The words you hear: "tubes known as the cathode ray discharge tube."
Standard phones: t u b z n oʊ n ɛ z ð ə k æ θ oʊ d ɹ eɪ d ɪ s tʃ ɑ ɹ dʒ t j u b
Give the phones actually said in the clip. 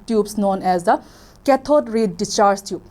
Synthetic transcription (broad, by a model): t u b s n oʊ n ɛ z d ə k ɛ t oʊ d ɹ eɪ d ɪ tʃ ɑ ɹ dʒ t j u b